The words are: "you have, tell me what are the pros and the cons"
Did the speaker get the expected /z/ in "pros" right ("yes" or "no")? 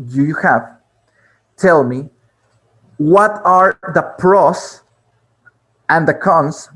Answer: no